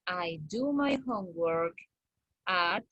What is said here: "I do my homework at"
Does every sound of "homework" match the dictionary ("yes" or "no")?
yes